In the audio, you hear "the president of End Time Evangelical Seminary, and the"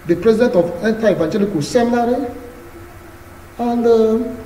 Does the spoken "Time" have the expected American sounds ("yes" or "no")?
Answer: no